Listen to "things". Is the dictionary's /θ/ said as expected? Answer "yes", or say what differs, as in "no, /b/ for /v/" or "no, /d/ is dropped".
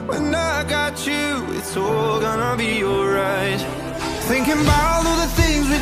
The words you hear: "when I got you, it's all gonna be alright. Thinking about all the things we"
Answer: yes